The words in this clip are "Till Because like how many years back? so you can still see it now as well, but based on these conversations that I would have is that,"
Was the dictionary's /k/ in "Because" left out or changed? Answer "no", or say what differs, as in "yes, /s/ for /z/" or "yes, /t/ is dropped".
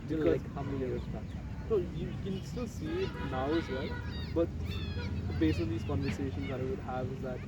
yes, /k/ is dropped